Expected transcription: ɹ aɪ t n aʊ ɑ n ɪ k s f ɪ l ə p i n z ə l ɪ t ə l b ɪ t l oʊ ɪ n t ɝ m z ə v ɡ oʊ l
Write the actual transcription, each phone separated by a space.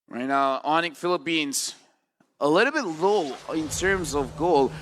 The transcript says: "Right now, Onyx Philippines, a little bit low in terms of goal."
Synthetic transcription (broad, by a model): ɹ aɪ t n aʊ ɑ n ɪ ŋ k f ɪ l ə p i n z ə l ɪ t l b ɪ t l oʊ ɪ n t ɝ m z ə v ɡ oʊ l